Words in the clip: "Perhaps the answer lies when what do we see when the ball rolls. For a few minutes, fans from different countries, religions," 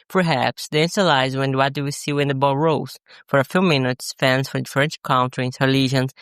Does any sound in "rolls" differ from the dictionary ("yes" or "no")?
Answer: yes